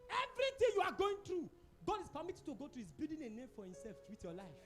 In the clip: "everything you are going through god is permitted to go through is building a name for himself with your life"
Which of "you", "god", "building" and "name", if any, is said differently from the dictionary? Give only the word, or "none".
building